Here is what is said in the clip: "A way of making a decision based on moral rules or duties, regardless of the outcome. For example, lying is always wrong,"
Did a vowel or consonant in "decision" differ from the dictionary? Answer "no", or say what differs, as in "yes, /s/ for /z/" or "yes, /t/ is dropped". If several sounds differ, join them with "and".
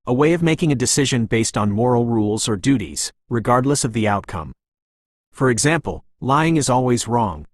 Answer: no